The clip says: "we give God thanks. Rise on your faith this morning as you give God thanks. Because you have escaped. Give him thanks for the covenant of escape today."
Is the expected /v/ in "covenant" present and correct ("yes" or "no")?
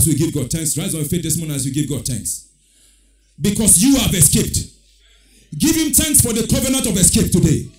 yes